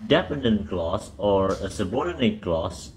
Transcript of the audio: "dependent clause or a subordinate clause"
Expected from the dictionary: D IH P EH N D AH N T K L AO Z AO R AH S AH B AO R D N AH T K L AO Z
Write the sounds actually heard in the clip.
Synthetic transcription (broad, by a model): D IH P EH N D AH N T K L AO S AO R AH S AH B AO R D N AH T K L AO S